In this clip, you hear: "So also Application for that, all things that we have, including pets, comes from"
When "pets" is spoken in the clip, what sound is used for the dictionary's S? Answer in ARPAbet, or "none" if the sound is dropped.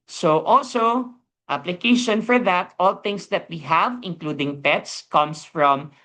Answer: S